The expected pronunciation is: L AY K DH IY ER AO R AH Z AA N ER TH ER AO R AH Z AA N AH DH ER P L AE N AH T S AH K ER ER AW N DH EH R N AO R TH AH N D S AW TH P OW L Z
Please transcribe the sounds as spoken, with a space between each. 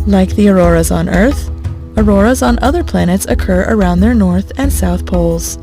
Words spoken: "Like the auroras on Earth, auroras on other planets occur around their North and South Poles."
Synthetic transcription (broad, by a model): L AY K DH IY ER AO R AH Z N ER TH ER AO R AH Z N AH DH ER P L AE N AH T S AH K ER ER AW N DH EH R N AO R TH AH N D S AW TH P OW L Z